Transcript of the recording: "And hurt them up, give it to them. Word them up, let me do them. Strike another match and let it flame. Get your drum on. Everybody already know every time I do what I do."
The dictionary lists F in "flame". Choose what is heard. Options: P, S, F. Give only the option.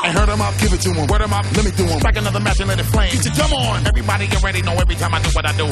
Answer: P